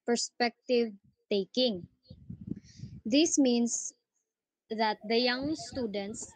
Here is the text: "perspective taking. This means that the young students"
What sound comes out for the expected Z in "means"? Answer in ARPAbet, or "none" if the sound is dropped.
S